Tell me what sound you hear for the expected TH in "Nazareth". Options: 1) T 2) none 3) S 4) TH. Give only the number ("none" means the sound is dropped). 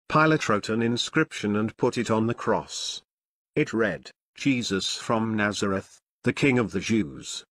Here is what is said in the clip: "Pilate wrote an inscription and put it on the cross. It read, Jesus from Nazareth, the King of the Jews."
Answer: 4